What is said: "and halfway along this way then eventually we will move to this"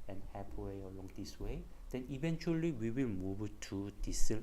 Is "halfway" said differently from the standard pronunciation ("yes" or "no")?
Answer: yes